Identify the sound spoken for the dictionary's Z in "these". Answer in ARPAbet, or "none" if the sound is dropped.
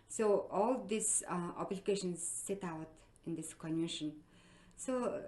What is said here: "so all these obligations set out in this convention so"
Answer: S